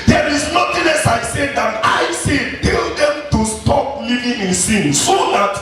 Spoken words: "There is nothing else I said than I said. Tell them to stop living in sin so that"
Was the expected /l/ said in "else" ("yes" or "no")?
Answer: no